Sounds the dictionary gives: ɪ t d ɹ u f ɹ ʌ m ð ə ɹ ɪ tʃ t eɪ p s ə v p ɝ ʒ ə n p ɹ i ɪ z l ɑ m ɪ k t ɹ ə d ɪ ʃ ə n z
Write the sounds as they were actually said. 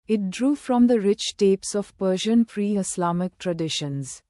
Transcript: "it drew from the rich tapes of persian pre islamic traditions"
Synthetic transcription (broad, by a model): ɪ t d ɹ u f ɹ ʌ m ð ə ɹ ɪ tʃ t eɪ p s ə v p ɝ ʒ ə n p ɹ i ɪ s l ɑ m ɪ k t ɹ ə d ɪ ʃ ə n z